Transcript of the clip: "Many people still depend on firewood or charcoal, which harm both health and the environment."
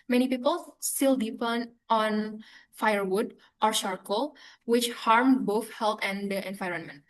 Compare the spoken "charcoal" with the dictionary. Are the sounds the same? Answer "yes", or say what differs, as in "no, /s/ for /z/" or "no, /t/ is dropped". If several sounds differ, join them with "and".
no, /ʃ/ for /tʃ/